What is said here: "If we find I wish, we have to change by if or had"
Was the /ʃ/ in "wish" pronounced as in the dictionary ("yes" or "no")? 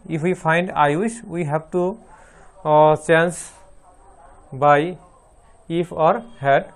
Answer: no